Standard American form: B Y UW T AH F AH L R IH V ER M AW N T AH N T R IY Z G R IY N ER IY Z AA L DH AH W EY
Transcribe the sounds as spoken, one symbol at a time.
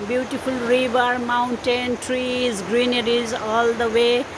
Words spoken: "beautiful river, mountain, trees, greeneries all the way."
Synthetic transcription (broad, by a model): B Y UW T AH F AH L R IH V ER M AW N T AH N T R IY Z G R IY N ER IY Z AA L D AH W EY